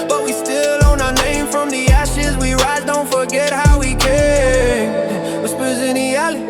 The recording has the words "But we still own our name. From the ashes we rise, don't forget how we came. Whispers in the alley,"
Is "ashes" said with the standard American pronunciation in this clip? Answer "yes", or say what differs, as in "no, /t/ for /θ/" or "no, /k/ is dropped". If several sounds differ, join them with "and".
yes